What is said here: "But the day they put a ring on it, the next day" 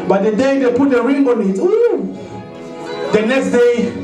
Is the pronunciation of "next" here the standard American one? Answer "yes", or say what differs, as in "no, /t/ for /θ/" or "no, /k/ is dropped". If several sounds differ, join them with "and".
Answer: yes